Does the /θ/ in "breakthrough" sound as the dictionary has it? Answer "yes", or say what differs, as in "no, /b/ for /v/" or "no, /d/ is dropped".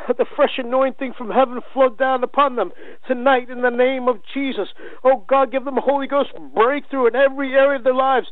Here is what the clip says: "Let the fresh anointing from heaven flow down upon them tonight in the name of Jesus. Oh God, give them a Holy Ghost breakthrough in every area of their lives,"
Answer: yes